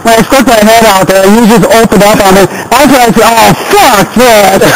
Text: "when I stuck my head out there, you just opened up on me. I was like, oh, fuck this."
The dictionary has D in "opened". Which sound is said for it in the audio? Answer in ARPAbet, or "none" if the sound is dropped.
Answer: D